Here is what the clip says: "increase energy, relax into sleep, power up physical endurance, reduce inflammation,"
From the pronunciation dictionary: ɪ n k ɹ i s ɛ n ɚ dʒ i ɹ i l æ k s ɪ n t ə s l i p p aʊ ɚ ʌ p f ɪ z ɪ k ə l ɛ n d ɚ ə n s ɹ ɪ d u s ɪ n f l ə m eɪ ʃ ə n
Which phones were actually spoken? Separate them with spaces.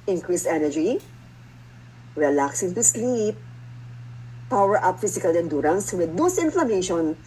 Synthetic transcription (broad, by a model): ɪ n k ɹ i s ɛ n ɚ dʒ i ɹ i l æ k s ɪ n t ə s l i p p aʊ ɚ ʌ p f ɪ s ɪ k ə l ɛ n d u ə n s w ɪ d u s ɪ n f l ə m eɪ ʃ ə n